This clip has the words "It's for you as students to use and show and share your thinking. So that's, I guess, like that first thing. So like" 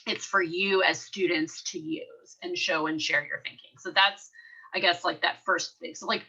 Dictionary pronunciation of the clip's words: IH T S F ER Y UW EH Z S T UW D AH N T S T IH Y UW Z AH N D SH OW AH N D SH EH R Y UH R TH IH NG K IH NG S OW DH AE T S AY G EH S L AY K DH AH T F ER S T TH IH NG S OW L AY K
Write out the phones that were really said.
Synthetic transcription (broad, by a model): IH T S F ER Y UW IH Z S T UW D N T S T IH Y UW Z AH N SH OW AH N SH EH R Y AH R TH IH NG K IH NG S OW DH AE T S AY G EH S L AY K DH AH T F ER S T TH IH NG S OW L AY K